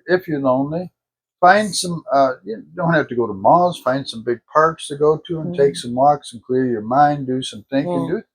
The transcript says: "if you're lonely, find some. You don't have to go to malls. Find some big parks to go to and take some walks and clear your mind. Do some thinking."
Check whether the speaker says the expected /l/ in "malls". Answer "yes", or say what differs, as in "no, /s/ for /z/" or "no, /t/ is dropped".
no, /l/ is dropped